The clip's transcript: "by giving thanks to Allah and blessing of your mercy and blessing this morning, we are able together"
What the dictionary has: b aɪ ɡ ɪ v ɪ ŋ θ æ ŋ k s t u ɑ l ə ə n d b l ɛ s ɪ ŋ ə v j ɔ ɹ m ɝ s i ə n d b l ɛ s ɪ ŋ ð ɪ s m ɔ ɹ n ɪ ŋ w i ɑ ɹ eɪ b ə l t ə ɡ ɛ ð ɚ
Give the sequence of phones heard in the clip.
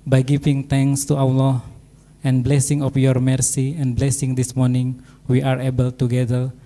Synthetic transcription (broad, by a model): b aɪ ɡ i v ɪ ŋ t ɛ ŋ s t u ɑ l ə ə n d b l ɛ s ɪ ŋ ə f j ɔ ɹ m ɝ s i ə n b l ɛ s ɪ ŋ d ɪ s m ɔ ɹ n ɪ ŋ w i ɑ ɹ eɪ b ə l t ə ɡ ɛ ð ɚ